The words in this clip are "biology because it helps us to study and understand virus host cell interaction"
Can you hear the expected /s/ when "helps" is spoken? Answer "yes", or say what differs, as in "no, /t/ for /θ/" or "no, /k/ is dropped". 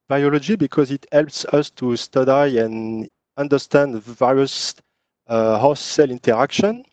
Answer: yes